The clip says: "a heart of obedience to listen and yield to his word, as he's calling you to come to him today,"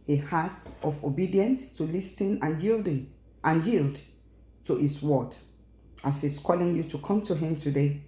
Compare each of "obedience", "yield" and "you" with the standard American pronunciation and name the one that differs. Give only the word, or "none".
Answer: none